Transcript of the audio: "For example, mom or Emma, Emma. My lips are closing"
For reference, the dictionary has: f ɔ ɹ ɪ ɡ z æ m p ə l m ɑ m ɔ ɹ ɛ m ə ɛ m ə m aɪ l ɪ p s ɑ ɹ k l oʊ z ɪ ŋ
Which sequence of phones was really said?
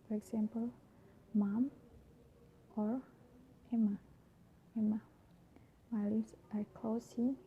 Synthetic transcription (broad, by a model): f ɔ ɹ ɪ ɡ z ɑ m p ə l m ɑ m ɔ ɹ ɛ m ə ɛ m ə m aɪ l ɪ s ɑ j k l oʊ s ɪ